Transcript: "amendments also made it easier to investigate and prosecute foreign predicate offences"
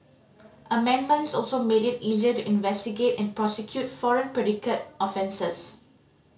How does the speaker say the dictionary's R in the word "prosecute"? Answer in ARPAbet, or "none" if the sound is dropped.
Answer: R